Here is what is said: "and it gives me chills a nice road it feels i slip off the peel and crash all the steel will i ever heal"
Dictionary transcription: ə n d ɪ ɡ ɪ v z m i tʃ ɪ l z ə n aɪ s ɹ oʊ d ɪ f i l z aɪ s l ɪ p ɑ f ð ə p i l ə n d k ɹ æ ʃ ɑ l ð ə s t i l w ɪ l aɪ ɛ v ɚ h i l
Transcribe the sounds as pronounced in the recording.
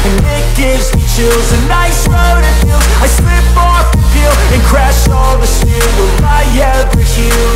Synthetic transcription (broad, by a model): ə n ɪ ɡ ɪ v z m i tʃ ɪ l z ə n aɪ s ɹ oʊ d ɪ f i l aɪ s l ɪ p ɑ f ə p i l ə n k ɹ æ ʃ ɑ l ð ə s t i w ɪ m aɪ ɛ ɚ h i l